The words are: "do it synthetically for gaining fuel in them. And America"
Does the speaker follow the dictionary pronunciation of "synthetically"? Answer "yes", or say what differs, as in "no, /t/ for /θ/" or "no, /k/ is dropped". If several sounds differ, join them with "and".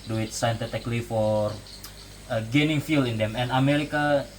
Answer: no, /t/ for /θ/